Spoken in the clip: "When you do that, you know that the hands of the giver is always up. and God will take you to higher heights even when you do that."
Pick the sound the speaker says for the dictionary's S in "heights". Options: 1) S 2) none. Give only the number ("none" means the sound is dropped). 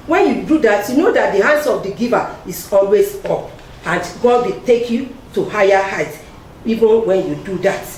2